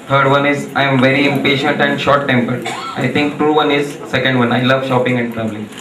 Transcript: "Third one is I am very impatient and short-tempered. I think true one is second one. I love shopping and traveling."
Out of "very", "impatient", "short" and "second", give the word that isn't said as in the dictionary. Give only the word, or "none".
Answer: none